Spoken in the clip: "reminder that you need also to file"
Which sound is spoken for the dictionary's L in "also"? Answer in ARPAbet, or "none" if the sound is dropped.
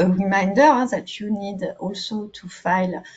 L